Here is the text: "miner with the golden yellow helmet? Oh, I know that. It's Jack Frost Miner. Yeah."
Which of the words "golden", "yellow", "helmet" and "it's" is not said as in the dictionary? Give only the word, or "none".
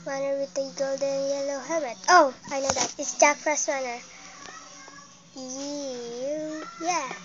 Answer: helmet